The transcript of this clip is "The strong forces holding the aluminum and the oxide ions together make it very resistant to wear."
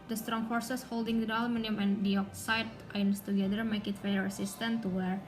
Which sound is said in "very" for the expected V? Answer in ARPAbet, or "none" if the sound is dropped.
F